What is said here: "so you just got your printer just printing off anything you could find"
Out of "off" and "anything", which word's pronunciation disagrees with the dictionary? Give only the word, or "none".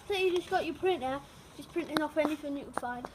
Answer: anything